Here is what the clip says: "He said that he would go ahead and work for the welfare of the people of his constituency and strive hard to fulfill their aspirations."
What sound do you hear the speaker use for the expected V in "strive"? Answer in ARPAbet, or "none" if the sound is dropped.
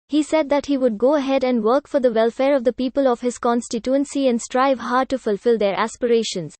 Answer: V